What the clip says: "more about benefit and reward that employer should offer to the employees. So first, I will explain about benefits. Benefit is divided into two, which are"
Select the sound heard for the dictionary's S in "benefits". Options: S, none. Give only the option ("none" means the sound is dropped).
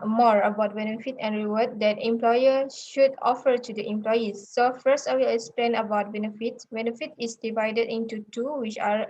none